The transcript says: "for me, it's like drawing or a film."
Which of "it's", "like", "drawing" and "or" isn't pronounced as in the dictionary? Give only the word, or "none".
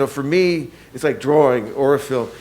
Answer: none